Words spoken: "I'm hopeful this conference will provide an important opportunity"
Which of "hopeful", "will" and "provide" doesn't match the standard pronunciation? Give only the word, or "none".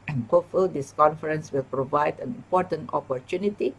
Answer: hopeful